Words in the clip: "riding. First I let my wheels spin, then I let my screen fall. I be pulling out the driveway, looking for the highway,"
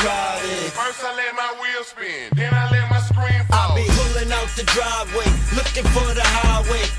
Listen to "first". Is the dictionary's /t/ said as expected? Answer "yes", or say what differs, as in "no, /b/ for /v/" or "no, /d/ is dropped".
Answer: no, /t/ is dropped